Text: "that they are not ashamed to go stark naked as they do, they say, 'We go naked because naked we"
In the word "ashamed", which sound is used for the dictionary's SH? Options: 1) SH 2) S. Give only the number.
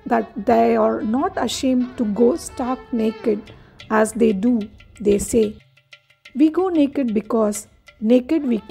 1